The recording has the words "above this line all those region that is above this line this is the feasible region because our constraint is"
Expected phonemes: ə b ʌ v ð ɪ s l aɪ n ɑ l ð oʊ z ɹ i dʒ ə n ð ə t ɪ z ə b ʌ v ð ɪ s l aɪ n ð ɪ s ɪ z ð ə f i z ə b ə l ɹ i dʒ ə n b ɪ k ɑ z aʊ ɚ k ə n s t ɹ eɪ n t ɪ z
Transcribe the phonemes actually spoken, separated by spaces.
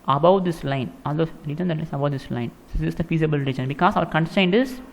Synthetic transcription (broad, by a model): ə b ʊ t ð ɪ s l aɪ n ɑ l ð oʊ ɹ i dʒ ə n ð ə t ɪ s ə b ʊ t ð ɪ s l aɪ n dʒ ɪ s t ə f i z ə b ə l ɹ i dʒ ə n b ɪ k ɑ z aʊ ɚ k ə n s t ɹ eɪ n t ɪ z